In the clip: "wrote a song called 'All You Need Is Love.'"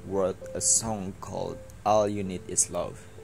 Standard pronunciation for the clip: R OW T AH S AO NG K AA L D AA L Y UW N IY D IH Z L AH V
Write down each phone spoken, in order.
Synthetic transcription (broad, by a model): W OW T AH S AO NG K AA L D AA L Y UW N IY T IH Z L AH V